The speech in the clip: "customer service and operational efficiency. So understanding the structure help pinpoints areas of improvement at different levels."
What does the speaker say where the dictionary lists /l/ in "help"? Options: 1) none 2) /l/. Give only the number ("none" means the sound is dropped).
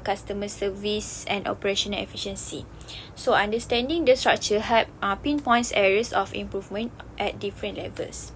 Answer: 1